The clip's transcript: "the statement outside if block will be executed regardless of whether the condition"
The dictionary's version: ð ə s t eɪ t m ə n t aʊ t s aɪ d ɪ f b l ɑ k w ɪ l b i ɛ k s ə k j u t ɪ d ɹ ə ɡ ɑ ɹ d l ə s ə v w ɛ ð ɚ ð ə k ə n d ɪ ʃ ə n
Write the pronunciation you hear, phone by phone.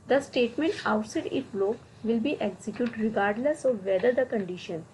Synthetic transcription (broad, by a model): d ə s t eɪ t m ə n t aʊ t s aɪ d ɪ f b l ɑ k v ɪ l b i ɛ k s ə k j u t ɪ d ɹ ə ɡ ɑ ɹ d l ə s ə v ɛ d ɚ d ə k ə n d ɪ ʃ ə n